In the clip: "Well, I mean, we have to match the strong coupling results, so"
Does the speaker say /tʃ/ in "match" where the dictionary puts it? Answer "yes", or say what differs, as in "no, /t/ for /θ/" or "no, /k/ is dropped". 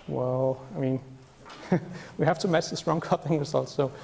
no, /s/ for /tʃ/